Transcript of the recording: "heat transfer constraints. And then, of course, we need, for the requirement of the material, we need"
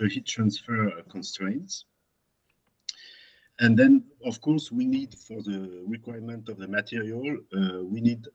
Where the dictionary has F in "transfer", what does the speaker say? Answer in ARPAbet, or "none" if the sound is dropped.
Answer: F